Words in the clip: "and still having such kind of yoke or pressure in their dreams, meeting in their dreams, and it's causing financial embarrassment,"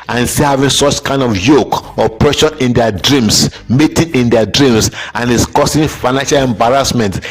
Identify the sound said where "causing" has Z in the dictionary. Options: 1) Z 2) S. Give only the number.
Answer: 2